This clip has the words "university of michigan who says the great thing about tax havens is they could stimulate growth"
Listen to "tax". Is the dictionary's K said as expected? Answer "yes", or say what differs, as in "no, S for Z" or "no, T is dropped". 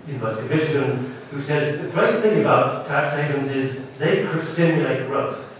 yes